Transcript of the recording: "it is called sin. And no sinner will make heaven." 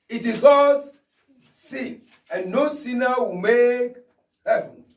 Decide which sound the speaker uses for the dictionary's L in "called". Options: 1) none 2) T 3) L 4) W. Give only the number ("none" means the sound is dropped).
1